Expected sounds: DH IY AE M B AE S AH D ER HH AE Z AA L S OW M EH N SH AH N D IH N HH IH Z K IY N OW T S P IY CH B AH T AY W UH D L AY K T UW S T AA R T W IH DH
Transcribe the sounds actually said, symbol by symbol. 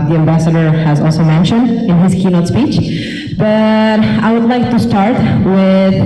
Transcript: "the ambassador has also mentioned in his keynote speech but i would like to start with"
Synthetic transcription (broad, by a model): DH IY AE M B AE S AH D ER HH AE Z AA L S OW M EH N SH AH N D IH N HH IH Z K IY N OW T S P IY CH B AH T AY W UH D L AY K T UW S T AA R T W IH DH